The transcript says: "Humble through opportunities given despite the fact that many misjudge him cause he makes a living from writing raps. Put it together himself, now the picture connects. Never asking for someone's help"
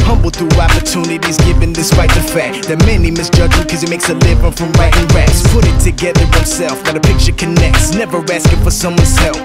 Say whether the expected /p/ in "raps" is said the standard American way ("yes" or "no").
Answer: no